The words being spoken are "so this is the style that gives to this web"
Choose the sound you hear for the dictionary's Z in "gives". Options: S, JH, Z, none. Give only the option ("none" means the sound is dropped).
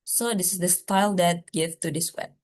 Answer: none